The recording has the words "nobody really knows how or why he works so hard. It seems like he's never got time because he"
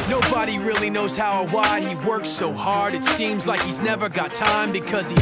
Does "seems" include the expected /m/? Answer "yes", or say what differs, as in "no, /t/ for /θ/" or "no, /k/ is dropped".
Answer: yes